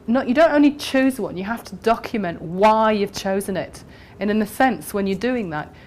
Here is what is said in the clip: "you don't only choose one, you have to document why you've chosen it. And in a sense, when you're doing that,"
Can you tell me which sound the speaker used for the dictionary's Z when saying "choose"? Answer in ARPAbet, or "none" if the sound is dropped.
Z